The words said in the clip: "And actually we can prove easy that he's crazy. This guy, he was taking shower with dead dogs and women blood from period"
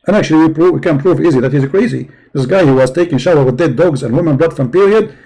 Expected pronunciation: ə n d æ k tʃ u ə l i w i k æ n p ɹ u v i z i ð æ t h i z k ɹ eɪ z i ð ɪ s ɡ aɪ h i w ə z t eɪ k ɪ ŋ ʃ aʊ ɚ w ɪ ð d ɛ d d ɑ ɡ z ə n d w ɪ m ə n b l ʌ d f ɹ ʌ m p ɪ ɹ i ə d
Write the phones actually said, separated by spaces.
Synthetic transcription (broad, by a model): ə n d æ k tʃ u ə w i w i k æ n p ɹ u v i z i ð æ t h i z k ɹ eɪ z i ð ɪ s ɡ aɪ h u w ə z t eɪ k ɪ ŋ ʃ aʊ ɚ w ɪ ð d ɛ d d ɑ ɡ z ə n w ɪ m ə n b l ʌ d f ɹ ʌ m p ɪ ɹ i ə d